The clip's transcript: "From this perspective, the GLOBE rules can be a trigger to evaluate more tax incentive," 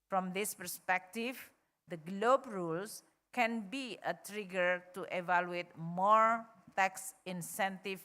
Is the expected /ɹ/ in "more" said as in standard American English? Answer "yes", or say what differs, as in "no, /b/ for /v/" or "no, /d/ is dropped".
yes